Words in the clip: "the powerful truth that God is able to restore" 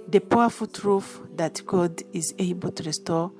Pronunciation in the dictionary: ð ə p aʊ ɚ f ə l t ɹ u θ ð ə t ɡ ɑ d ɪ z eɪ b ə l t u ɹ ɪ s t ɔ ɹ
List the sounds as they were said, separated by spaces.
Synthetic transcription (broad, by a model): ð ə p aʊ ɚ f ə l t ɹ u f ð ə t ɡ ɑ d ɪ z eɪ b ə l t u ɹ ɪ s t ɔ